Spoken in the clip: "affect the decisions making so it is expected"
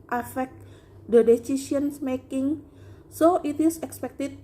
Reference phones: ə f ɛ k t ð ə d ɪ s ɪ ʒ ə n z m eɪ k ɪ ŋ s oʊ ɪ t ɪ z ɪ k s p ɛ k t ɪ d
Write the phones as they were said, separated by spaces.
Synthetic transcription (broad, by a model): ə f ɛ k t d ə d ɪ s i s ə n s m eɪ k ɪ ŋ s oʊ ɪ t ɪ s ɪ k s p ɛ k t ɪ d